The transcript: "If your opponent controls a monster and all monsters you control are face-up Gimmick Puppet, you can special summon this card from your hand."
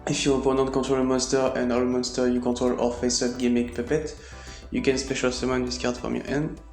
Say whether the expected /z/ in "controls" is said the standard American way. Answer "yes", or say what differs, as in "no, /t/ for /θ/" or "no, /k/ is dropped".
no, /z/ is dropped